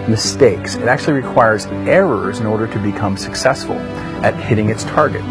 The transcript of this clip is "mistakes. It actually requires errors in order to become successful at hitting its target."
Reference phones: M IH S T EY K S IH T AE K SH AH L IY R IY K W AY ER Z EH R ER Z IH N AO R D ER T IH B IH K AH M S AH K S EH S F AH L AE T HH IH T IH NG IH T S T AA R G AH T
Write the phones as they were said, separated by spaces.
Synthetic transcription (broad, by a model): M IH S T EY K S IH T AE K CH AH L IY R IY K W AY ER Z EH R ER Z IH N AO R D ER T IH B IH K AH M S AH K S EH S F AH L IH T HH IH T IH NG IH T S T AA R G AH T